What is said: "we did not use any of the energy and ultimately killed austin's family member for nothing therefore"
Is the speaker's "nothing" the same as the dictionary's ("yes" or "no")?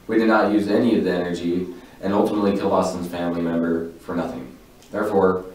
yes